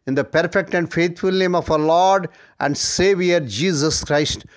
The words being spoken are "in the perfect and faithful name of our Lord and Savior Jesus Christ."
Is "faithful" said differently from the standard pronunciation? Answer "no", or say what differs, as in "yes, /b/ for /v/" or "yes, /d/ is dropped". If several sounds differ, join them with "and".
yes, /t/ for /θ/